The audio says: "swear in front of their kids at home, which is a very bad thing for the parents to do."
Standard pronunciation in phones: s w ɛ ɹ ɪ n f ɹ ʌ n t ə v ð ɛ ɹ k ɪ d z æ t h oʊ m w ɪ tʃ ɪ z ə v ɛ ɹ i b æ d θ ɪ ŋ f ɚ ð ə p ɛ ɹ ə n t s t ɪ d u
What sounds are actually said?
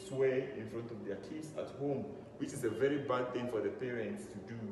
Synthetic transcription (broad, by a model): s w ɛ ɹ ɪ n f ɹ ʌ n t ə v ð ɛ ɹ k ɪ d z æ t h oʊ m w ɪ tʃ ɪ z ə v ɛ ɹ i b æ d θ ɪ ŋ f ɚ ð ə p ɛ ɹ ə n t s t ɪ d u